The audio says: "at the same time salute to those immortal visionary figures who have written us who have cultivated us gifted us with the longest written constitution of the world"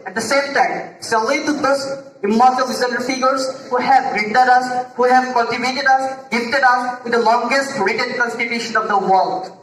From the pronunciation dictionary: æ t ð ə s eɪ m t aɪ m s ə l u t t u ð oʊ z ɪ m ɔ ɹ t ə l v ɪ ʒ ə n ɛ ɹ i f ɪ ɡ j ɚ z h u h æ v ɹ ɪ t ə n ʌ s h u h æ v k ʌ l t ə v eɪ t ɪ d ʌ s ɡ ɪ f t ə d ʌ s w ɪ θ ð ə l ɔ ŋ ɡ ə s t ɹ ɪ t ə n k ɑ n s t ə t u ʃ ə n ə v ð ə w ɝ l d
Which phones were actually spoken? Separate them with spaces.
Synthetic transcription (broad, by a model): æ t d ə s eɪ m t aɪ m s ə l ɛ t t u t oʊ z ɪ m ɔ ɹ t ə l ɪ z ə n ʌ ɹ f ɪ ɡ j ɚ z h u h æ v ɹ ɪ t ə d ʌ s h u h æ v k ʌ n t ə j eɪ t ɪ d ʌ s ɡ ɪ f t ə d ʌ s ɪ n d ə l ɔ ŋ ɡ ə s t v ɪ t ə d k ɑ n s t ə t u ʃ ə n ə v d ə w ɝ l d